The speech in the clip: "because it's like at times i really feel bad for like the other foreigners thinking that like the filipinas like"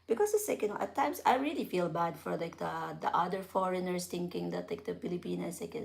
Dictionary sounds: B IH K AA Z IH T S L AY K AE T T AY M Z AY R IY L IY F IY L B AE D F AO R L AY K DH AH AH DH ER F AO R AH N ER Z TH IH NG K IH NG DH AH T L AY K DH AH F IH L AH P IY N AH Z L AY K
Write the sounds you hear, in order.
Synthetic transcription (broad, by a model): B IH K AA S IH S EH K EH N T AY M S AY R IY L IY F IY L B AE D F AO R L AY K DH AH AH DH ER F AO R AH N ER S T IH NG K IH NG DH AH T L AY K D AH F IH L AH P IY N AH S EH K